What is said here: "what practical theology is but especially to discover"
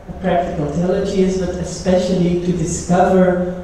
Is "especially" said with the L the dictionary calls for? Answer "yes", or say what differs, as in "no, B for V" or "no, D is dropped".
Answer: yes